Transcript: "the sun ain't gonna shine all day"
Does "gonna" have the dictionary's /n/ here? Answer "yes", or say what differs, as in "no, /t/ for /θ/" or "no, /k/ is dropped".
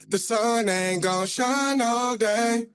no, /n/ is dropped